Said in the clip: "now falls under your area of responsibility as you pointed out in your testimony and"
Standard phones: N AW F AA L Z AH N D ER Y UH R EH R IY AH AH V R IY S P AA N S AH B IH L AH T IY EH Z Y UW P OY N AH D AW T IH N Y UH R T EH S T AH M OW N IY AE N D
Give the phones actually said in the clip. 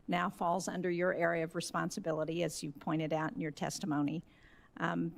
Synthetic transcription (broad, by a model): N AW F AA L Z AH N D ER Y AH R EH R IY AH AH V R IY S P AA N S AH B IH L AH T IY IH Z Y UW P OY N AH D AW T N Y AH R T EH S T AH M OW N IY